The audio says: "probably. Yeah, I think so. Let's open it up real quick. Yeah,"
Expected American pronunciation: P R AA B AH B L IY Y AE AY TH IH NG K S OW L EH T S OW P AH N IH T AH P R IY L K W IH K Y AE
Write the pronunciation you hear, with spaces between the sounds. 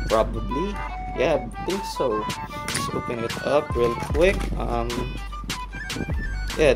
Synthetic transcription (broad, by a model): P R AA B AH B L IY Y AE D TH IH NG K S OW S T OW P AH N IH T AH P R IY L K W IH K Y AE